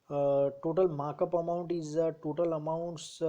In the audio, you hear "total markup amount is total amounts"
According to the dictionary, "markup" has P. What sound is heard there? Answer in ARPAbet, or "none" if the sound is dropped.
P